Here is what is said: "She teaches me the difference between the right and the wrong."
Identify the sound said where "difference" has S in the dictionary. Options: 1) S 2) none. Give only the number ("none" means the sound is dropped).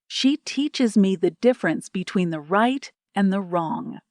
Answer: 1